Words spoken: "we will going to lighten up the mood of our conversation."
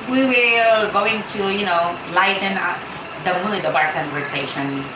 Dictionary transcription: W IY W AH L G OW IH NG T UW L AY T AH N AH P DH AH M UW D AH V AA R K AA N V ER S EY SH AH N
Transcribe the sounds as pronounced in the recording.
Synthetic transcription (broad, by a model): W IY W AH L G OW IH NG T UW L AY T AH N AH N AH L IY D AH B AA R K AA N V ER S EY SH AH N